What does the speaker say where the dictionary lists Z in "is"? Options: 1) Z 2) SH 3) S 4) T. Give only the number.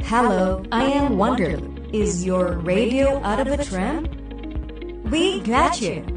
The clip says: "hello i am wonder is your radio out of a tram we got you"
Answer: 1